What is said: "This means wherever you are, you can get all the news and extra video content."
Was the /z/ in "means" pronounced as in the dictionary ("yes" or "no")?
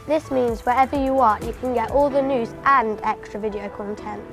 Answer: yes